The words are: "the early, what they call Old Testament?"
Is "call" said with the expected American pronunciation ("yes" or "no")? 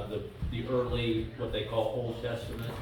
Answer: yes